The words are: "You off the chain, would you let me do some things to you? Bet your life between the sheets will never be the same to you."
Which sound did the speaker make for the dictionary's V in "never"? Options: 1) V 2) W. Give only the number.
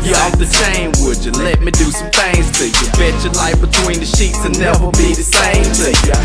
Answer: 2